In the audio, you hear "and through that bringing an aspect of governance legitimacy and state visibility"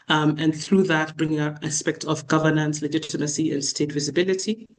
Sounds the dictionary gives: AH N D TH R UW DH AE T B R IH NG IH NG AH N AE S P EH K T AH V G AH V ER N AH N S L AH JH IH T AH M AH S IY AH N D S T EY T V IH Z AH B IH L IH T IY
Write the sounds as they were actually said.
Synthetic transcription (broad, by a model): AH N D TH R UW DH AE T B R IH NG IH NG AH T AE S P EH K T AH V G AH V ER N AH N S L AH JH IH T AH M AH S IY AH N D S T EY T V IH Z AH B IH L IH T IY